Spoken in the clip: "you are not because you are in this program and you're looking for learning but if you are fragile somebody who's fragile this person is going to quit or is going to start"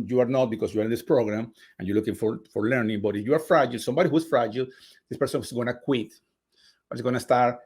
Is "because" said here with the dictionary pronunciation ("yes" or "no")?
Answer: no